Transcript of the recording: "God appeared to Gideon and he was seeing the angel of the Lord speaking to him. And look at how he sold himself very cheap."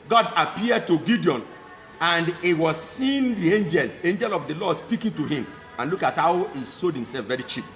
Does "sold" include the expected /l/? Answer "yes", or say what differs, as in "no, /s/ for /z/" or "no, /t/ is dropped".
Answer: no, /l/ is dropped